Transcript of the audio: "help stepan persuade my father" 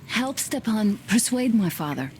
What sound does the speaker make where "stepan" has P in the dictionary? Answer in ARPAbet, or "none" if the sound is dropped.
P